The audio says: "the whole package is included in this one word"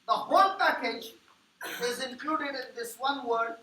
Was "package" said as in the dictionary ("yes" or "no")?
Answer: yes